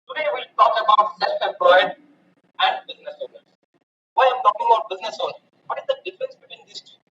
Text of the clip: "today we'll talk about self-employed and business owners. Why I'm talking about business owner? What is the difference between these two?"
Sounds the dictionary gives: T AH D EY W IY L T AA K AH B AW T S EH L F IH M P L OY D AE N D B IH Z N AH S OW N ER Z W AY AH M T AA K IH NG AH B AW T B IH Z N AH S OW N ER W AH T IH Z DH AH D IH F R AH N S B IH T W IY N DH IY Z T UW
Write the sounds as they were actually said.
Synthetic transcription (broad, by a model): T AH D EY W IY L T AA K AH B AW T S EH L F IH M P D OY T AE N D B IH Z N AH S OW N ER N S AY AH M T AA K IH NG AH B AW T B IH Z N AH S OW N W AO T IH Z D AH D IH F R AH N S B IH T W IY N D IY S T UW